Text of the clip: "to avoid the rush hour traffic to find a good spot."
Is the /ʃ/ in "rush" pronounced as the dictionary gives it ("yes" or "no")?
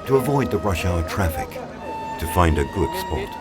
yes